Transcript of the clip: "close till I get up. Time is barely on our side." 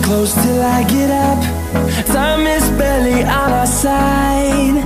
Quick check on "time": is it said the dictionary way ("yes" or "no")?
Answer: no